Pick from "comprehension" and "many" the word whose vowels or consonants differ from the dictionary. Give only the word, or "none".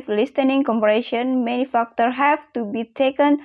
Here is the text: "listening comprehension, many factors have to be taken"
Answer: comprehension